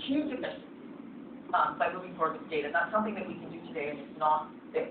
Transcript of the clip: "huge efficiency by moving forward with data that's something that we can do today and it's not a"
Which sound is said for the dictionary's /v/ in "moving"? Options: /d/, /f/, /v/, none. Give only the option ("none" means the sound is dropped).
none